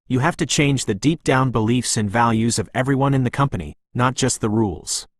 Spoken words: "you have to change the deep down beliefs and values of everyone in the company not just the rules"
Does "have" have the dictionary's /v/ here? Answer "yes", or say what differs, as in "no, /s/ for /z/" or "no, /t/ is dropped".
no, /f/ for /v/